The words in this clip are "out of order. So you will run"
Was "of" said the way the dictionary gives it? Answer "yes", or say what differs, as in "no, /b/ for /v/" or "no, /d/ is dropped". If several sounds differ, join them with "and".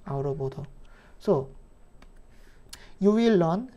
no, /p/ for /v/